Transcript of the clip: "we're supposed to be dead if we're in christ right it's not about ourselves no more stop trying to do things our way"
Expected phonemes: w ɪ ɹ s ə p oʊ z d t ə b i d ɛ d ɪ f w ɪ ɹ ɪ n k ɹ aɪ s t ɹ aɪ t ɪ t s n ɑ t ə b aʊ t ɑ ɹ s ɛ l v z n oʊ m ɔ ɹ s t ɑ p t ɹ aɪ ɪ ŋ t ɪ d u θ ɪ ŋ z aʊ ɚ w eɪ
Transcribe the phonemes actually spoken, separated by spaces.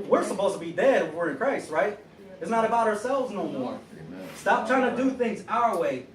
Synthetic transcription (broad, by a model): w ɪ ɹ s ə p oʊ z t ə b i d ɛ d ɪ f w ɪ ɹ ɪ n k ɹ aɪ s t ɹ aɪ t ɪ t s n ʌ t ə b aʊ t ɑ ɹ s ɛ l v z n oʊ m ɔ ɹ s t ɑ p t ɹ aɪ ɪ ŋ t ɪ d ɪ θ ɪ ŋ z aʊ ɚ w eɪ